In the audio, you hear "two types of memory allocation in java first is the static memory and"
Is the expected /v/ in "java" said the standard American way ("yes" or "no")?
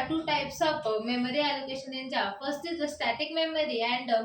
no